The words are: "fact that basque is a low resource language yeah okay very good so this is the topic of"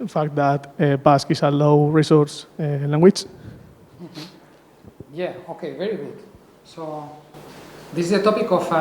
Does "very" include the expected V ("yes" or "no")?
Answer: yes